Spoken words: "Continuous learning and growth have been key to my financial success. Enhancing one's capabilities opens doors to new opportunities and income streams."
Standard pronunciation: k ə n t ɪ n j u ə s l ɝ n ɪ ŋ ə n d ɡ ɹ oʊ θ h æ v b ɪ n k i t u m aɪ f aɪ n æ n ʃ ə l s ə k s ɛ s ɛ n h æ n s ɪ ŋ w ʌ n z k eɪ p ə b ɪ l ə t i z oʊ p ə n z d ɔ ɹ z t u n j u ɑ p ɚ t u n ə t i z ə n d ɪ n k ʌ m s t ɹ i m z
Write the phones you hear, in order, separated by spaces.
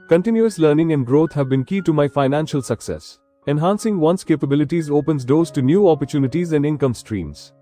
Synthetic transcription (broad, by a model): k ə n t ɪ n j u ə s l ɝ n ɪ ŋ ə n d ɡ ɹ oʊ t h æ v b ɪ n k i t u m aɪ f aɪ n æ n ʃ ə l s ə k s ɛ s ɛ n h æ n s ɪ ŋ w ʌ n s k eɪ p ə b ɪ l ə t i z oʊ p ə n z d ɔ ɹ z t u n j u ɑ p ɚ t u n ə t i z ə n d ɪ n k ʌ m s t ɹ i m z